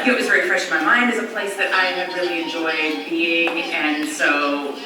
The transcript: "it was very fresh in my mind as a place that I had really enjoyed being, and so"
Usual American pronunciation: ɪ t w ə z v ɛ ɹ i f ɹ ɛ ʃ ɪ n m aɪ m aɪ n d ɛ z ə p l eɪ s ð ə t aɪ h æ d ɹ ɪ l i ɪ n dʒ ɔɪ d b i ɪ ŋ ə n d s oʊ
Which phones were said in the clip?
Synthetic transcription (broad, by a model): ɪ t w ə z v ɛ ɹ i f ɹ ɛ ʃ ɪ n m aɪ m aɪ n d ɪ z ə p l eɪ s ð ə t aɪ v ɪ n ɹ ɪ l i ɪ n dʒ ɔɪ d b i ɪ ŋ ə n s oʊ